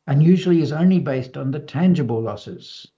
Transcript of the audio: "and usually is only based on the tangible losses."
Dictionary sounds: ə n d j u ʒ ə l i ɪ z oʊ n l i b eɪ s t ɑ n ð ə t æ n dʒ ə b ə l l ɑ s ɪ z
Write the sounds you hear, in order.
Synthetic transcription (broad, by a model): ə n j u ʒ ə l i ɪ z oʊ n l i b eɪ s t n ð ə t æ n dʒ ə b ə l l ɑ s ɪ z